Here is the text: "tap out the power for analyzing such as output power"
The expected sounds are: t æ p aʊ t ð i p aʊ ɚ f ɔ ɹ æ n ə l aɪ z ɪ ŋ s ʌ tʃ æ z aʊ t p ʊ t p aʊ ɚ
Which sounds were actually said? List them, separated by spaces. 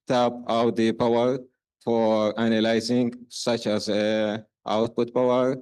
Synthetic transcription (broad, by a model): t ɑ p aʊ t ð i p aʊ ɚ f ɔ ɹ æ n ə l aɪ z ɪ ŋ s ʌ tʃ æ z aʊ t p ʊ t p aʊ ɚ